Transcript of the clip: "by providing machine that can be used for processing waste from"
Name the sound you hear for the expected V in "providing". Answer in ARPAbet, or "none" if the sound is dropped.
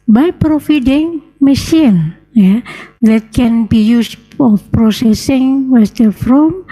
F